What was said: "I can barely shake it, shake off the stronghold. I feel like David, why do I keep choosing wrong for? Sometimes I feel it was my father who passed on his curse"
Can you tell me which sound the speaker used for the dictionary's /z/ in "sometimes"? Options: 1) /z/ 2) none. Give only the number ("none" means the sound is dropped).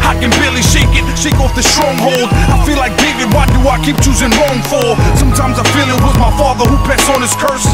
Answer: 1